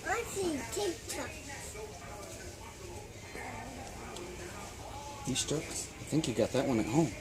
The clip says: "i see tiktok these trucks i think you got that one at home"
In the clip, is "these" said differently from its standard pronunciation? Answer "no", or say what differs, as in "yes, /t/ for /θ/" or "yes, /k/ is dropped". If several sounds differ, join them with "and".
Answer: yes, /s/ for /z/